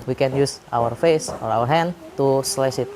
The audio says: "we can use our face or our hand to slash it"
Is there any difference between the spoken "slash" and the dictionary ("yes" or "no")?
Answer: yes